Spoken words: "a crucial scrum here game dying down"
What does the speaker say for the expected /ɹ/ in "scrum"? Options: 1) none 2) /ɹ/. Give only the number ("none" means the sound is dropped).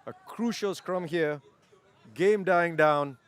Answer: 2